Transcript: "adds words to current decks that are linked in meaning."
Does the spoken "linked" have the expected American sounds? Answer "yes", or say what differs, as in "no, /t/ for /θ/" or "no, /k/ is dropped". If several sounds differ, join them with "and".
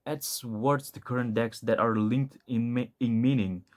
yes